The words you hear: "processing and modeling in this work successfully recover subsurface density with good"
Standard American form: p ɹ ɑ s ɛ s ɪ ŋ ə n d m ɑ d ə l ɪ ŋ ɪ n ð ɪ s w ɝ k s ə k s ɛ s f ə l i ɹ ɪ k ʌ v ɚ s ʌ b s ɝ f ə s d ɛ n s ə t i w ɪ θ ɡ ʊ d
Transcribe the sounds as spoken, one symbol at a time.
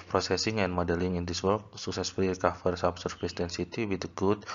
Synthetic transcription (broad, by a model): p ɹ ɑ s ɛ s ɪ ŋ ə n m ɑ d ə l ɪ ŋ ɪ n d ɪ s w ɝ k s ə k s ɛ s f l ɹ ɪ k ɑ f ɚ s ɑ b s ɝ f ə s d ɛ n s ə t i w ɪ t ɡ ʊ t